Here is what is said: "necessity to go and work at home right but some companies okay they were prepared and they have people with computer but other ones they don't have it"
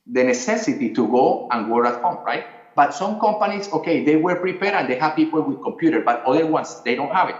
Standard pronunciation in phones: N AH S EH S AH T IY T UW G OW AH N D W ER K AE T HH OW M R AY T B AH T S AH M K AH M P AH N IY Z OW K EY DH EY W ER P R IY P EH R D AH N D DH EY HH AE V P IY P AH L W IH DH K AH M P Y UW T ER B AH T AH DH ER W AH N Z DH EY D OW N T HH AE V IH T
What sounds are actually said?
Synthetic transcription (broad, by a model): N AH S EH S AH T IY T UW G OW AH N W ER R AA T HH OW M R AY T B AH T S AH M K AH M P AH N IY S OW K EY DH EY W ER P R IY P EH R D AH N D EY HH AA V P IY P AH L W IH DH K AH M P Y UW T ER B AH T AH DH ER W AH N S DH EY D OW N T HH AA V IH T